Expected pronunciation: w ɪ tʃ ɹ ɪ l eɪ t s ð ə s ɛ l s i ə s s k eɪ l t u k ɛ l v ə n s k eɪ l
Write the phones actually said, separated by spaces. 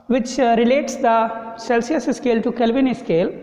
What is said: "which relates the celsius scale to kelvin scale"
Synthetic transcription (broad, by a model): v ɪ tʃ ɹ ɪ l eɪ t s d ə s ɛ l s i ə s s k eɪ l t u k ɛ l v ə n s k eɪ l